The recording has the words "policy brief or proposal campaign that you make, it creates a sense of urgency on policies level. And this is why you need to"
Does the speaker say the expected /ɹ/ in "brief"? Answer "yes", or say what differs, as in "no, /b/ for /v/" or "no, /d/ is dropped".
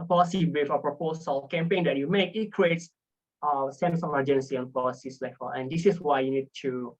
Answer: no, /ɹ/ is dropped